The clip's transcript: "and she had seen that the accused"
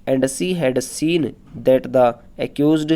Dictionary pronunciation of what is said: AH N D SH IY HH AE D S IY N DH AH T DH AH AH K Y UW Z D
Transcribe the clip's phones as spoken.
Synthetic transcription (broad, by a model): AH N D S IY HH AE D S IY N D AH T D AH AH K Y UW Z D